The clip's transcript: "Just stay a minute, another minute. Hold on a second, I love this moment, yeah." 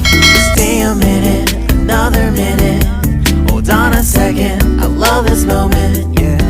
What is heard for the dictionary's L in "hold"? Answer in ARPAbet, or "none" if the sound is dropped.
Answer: none